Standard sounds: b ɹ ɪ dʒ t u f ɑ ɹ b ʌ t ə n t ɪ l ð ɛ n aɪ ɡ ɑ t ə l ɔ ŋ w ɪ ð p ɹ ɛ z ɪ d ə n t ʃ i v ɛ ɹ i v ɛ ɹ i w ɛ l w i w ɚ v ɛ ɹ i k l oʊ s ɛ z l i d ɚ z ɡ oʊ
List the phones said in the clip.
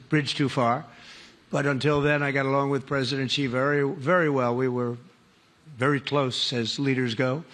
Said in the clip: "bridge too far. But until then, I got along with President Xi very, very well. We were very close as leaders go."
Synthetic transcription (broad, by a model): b ɹ ɪ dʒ t u f ɑ ɹ b ʌ t ə n t ɪ l ð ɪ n aɪ ɡ ɑ t ə l ɔ ŋ w ɪ ð p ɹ ɛ z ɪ d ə n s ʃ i v ɛ ɹ i v ɛ ɹ i w ɛ l w i w ɚ v ɛ ɹ i k l oʊ s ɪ z l i d ɚ z ɡ oʊ